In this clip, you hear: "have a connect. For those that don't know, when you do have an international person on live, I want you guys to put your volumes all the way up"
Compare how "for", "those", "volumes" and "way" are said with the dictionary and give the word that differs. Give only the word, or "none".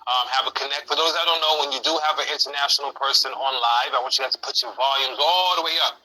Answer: none